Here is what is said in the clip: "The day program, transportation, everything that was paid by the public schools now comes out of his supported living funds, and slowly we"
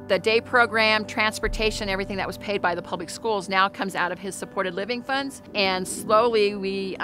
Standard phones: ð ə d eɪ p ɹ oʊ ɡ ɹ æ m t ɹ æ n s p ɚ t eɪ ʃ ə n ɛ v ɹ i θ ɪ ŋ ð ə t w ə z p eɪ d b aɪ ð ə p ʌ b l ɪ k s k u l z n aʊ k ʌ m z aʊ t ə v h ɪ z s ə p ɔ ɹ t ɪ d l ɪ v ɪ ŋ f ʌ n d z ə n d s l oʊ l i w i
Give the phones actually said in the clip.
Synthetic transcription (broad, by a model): ð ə d eɪ p ɹ oʊ ɡ ɹ æ m t ɹ æ n s p ɚ t eɪ ʃ ə n ɛ v ɹ i θ ɪ ŋ ð ə t w ə z p eɪ d b aɪ ð ə p ʌ b l ɪ k s k u l z n aʊ k ʌ m z aʊ t ə v ɪ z s ə p ɔ ɹ t ɪ d l ɪ v ɪ ŋ f ʌ n d z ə n s l oʊ l i w i